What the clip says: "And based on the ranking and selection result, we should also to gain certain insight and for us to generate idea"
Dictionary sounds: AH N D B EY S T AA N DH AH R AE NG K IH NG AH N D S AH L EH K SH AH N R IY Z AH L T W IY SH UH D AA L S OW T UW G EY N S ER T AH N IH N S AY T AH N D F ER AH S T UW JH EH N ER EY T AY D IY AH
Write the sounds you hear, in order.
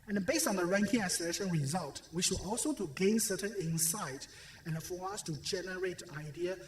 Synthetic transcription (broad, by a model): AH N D B EY S T AA N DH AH R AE NG K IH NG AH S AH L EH SH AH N R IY Z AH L T W IY SH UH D AA L S OW T UW G EY N S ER T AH N IH N S AY T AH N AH F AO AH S T UW JH EH N ER EY T AY D IY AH